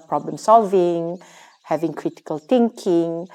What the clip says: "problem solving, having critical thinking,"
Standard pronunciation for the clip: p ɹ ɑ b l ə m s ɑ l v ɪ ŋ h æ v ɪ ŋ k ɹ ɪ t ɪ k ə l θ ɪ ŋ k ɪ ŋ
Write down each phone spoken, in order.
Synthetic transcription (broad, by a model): p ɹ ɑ b l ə m s ɑ l v ɪ ŋ h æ v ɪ ŋ k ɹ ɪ t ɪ k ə l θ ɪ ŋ k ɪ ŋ